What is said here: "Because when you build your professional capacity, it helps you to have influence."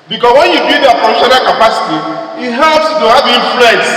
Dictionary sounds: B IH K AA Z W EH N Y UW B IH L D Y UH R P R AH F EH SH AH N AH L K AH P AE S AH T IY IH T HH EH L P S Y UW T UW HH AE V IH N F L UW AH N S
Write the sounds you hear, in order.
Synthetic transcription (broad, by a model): B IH K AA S W EH N Y UW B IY D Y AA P AH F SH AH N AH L K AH P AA S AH T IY IH T HH EH L P S T UW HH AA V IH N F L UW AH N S